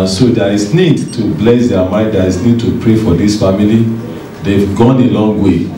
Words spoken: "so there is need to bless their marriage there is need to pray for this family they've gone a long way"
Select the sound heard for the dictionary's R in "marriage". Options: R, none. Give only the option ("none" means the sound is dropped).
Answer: none